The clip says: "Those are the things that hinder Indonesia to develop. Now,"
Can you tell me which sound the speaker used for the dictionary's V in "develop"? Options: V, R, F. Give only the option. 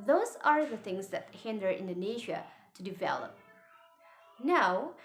V